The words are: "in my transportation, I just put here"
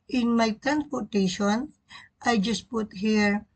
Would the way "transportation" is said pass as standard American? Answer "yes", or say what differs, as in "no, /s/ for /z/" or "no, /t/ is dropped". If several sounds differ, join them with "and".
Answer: no, /s/ is dropped